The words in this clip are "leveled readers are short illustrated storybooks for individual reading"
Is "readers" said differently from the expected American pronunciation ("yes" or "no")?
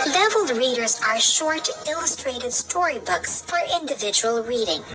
no